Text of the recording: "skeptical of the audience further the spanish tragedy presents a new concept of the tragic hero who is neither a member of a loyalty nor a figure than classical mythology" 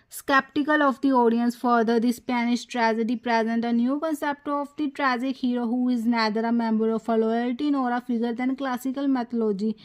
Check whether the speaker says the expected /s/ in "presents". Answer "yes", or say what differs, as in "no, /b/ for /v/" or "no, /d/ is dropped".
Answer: no, /s/ is dropped